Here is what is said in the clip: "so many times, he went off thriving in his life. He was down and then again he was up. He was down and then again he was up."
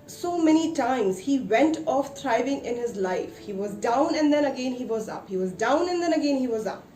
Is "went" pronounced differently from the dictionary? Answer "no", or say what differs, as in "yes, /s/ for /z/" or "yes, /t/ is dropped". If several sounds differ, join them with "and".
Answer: no